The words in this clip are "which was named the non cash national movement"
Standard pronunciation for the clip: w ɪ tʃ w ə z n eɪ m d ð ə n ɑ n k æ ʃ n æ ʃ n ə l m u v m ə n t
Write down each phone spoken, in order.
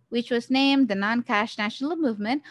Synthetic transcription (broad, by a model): w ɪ tʃ w ə z n eɪ m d ð ə n ɑ n k æ ʃ n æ ʃ n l m u v m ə n t